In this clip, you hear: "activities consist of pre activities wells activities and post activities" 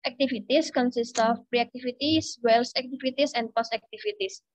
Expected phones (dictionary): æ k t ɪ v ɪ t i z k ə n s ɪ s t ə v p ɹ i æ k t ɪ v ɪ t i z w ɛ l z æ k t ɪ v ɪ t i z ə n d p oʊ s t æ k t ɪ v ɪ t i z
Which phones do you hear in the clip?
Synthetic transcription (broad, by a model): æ k t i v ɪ t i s k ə n s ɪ s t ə f p ɹ i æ k t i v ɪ t i s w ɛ l s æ k t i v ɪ t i s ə n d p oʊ s æ k t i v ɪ t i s